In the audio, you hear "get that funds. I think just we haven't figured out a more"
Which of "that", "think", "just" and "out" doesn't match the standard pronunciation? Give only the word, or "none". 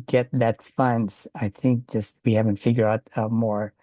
none